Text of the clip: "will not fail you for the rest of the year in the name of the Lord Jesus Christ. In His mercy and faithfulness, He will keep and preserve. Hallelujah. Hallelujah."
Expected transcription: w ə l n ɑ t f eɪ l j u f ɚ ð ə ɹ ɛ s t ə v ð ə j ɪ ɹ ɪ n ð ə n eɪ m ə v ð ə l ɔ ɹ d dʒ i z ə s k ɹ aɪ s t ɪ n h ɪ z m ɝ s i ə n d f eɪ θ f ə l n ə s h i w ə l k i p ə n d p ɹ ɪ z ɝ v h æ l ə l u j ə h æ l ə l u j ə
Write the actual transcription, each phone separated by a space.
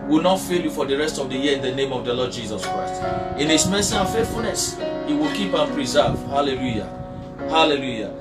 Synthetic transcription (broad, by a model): w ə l n ɑ t f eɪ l j u f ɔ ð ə ɹ ɛ s t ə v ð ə j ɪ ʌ ɪ n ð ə n eɪ m ə v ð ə l ɔ d dʒ i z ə s k ɹ aɪ s t ɪ n h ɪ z m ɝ s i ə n f eɪ t f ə l n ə s h i w ə l k i p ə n p ɹ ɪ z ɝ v h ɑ l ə l u j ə h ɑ l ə l u j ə